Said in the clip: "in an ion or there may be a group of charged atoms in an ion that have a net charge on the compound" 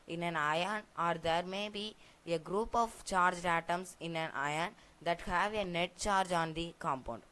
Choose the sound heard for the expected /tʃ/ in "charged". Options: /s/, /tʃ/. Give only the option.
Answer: /tʃ/